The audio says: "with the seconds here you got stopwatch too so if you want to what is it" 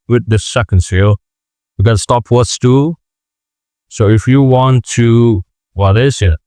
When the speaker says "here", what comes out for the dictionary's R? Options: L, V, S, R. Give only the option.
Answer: L